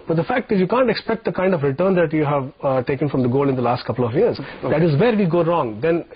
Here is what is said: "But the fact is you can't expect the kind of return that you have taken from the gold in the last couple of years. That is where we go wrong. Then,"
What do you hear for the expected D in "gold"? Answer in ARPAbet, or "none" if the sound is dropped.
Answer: none